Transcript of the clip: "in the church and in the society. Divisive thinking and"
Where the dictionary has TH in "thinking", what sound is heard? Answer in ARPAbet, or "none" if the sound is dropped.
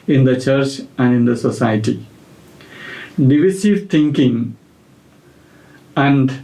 T